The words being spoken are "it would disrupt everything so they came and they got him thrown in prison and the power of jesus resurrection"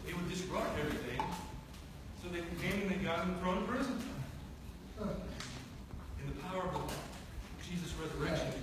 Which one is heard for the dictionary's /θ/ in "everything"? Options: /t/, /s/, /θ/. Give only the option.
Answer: /θ/